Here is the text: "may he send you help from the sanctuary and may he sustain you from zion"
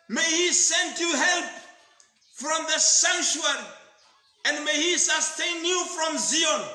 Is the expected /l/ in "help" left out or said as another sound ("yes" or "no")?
no